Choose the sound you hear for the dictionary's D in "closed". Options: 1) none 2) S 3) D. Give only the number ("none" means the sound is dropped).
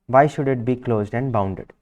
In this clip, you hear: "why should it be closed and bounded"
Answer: 3